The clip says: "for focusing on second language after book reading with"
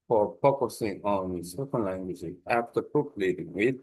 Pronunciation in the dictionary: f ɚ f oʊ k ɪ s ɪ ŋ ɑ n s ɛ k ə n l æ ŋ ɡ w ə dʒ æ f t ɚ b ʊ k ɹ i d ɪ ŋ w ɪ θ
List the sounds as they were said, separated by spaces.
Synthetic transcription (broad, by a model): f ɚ p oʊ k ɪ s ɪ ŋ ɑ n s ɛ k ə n l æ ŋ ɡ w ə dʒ æ f t ɚ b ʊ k l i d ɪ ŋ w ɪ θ